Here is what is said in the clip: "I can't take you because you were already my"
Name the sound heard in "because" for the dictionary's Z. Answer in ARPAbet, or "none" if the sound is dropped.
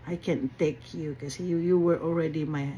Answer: none